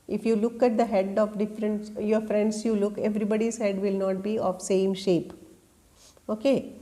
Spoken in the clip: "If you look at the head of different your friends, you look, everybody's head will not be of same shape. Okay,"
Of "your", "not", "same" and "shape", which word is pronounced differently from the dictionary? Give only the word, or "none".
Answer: none